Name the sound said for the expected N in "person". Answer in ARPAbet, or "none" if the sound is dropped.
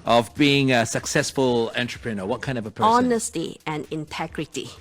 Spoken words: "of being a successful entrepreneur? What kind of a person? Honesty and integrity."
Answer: none